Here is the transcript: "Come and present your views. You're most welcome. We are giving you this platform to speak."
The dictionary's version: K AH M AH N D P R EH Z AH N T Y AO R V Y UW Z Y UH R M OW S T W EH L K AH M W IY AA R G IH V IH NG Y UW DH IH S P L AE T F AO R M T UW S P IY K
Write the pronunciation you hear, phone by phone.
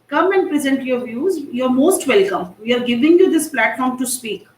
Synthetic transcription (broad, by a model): K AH M AH N D P R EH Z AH N T Y AO R V Y UW Z Y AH R M OW S T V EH L K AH M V IY AA R G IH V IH NG Y UW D IH S P L AE T F AO R M T UW S P IY K